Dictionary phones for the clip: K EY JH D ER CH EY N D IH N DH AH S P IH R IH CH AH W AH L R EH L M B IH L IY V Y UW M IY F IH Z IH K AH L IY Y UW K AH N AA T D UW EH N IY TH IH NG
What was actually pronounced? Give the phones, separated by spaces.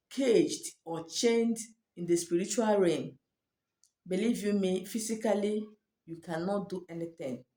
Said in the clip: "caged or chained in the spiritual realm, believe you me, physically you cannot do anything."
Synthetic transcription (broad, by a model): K EY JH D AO CH EY N D IH N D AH S P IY R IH CH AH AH L R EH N B IH L IY V Y UW M IY F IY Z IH K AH L IY Y UW K AH N AA T D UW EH N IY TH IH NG